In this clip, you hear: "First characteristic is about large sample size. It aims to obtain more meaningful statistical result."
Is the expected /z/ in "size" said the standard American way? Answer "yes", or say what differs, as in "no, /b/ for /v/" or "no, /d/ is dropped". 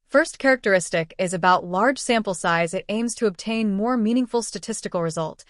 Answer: yes